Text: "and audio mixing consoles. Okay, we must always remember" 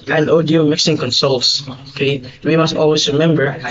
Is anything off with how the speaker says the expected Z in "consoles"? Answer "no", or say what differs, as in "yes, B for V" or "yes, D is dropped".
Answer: yes, S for Z